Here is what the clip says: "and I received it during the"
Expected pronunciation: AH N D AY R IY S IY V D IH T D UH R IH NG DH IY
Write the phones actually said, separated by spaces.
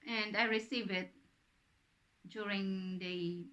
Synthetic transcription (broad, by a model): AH N D AY R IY S IY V IH T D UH R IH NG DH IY